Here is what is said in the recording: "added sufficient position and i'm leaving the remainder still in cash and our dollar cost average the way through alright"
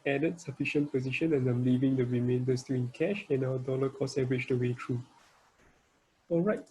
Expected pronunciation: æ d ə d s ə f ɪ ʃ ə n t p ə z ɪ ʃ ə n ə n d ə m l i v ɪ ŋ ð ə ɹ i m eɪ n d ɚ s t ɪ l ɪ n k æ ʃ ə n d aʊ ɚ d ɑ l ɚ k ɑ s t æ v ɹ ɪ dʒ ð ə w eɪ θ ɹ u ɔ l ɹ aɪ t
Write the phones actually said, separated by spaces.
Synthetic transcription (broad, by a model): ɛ d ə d s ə f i ʃ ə n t p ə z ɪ ʃ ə n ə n ə m l i v ɪ ŋ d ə ɹ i m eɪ n d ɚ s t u ɪ n k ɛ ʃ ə n aʊ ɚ d ɑ l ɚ k ɑ s ɛ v ɹ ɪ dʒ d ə w eɪ t ɹ u ɔ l ɹ aɪ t